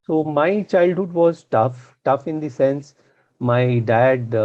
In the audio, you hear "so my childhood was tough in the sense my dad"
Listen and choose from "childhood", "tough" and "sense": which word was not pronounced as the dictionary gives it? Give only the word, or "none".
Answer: none